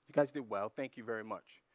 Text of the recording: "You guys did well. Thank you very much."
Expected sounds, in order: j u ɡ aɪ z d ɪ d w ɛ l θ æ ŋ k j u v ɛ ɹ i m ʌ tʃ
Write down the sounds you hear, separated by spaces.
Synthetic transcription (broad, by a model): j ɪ ɡ aɪ z d ɪ d w ɛ l θ æ ŋ k j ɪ v ɛ ɹ i m ʌ tʃ